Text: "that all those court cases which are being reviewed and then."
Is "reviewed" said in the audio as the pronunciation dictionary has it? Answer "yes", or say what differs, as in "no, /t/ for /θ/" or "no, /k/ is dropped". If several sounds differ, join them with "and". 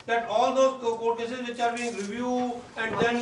no, /d/ is dropped